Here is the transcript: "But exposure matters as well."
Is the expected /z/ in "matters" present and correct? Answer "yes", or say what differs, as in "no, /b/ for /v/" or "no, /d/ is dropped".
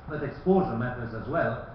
yes